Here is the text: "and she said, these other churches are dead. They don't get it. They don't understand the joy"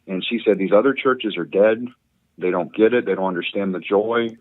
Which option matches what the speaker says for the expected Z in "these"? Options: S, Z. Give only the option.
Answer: Z